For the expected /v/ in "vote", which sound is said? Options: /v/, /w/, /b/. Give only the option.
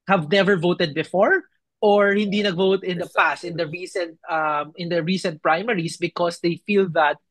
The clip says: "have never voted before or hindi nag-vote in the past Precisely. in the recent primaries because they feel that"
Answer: /v/